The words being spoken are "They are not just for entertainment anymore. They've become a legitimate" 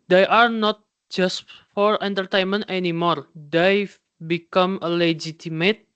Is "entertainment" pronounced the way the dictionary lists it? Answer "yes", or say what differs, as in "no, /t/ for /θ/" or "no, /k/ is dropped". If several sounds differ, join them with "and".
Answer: yes